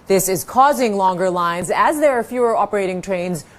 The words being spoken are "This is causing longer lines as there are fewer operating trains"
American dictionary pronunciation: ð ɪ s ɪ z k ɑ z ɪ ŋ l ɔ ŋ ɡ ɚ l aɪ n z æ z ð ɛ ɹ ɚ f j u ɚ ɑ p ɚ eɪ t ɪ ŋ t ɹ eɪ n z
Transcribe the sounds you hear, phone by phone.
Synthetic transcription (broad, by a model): ð ɪ s ɪ z k ɑ z ɪ ŋ l ɔ ŋ ɡ ɚ l aɪ n z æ z ð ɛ ɹ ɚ f j u ɚ ɑ p ɚ eɪ t ɪ ŋ t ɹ eɪ n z